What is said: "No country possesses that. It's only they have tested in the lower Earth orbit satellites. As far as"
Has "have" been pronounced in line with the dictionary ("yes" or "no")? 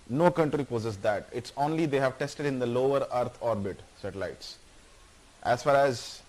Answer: yes